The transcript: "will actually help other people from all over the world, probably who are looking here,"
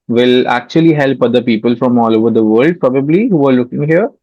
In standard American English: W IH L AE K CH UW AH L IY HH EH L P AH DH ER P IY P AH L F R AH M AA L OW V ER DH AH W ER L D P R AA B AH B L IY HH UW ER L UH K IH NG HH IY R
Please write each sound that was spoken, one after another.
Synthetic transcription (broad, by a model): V IH L AE K CH UW AH L IY HH EH L P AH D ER P IY P AH L F R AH M AA L OW V ER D AH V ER L D P R AA B AH B L IY HH UW ER L UH K IH NG HH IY R